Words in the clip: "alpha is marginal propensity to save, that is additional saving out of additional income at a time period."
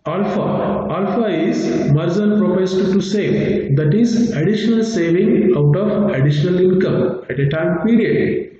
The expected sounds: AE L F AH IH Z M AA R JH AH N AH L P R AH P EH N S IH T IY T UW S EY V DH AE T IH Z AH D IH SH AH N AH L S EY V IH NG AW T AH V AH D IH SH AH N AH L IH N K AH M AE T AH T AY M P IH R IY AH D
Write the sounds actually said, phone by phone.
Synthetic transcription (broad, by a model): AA L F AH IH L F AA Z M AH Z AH N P R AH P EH S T T UW S EY V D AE T IH Z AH D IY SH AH N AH L S EY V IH NG AW T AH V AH D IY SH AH N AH L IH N K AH M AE T AH T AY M P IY R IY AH D